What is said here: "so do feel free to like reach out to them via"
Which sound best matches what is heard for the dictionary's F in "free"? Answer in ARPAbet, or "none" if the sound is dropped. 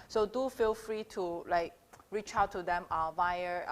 F